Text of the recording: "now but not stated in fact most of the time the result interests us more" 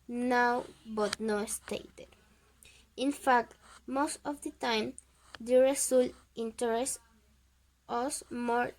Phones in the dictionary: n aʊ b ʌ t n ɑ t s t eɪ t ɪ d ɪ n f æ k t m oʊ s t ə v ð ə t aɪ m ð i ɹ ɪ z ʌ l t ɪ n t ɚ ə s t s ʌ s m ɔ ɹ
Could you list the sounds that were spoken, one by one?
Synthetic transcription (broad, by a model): n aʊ b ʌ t n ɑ s t eɪ t ɪ d ɪ n f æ k t m oʊ s t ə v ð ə t aɪ m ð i ɹ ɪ s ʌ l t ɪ n t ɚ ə s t ʌ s m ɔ ɹ